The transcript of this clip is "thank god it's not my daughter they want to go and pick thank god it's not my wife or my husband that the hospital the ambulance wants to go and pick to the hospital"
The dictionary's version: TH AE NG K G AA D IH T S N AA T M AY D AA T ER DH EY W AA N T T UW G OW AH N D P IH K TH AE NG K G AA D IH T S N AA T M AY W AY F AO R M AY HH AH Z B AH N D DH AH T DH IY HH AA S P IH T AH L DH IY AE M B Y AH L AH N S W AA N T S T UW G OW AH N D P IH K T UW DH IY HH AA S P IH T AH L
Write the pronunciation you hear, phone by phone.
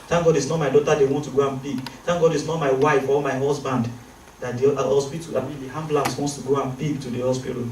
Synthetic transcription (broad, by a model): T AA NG G AA D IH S N AA T M AY D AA T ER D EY W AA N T T UW G OW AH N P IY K T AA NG G AA D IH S N AA T M AY W AY F AO L M AY HH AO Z B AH N D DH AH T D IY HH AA S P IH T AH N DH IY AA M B L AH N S W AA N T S T UW G OW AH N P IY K T UW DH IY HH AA S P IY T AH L